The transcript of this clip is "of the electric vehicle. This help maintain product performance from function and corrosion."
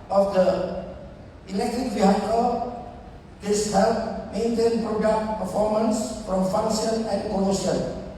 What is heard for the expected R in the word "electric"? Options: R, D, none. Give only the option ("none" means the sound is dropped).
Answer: none